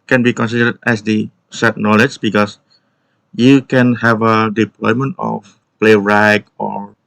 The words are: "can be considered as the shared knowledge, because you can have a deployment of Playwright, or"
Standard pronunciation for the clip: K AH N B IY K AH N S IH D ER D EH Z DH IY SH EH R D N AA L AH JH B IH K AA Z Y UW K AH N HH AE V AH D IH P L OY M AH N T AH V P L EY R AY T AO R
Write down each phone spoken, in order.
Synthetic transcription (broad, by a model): K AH N B IY K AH N S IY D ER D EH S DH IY S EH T N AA L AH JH B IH K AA S Y UW K AH N HH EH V AH D IH P L OY M AH N T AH F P L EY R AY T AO R